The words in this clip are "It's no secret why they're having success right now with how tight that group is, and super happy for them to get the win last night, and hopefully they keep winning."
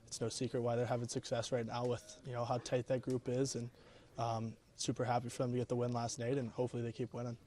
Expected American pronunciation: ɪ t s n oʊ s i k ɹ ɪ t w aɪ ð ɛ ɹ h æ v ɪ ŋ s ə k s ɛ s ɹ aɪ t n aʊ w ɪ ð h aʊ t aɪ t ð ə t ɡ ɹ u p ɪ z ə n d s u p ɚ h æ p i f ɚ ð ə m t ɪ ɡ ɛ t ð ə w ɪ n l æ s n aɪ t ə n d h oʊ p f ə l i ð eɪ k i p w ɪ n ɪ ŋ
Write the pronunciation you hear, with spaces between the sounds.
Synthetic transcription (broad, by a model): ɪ t s n oʊ s i k ɹ ɪ t w aɪ ð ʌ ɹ h æ v ɪ ŋ s ə k s ɛ s ɹ aɪ t n aʊ w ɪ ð h aʊ t aɪ t ð ə t ɡ ɹ u p ɪ z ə n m s u p ɚ h æ p i f ɚ ð ə m t ɪ ɡ ɛ t ð ə w ɪ n l æ s n aɪ t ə n h oʊ p f l i ð eɪ k i p w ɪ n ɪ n